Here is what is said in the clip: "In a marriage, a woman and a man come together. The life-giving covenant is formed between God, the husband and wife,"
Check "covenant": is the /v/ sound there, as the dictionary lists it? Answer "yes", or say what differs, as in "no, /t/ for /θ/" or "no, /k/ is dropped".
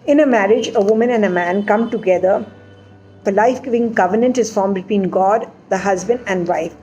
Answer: yes